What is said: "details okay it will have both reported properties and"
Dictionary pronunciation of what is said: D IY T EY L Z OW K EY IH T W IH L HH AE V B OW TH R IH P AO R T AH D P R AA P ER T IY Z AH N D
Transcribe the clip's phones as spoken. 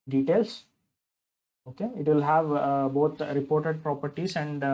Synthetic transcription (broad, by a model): D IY T EY L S OW K EY IH T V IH L HH AE V B OW T R IH P AO R T AH D P R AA P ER T IY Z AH N D